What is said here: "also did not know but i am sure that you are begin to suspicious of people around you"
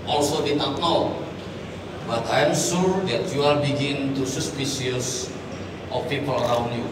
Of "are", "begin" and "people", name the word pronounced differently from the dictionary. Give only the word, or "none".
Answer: are